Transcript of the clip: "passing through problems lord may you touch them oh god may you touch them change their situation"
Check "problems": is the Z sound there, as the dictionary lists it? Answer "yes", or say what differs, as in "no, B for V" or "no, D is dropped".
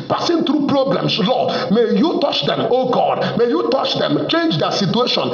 no, S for Z